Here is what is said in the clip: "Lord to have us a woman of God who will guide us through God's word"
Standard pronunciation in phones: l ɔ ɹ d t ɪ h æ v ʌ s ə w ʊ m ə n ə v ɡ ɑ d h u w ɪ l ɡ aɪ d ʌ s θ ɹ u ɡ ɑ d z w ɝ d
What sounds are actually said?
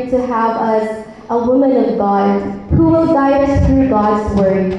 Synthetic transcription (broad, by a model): t ɪ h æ v ʌ s ə w ʊ m ə n ə v ɡ ɑ d h u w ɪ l ɡ aɪ d ʌ s θ ɹ u ɡ ɑ d z w ɝ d